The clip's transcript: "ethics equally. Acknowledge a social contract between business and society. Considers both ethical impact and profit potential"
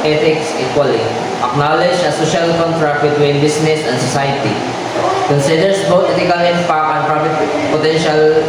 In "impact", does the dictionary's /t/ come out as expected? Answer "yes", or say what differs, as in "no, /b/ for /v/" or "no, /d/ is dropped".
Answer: no, /t/ is dropped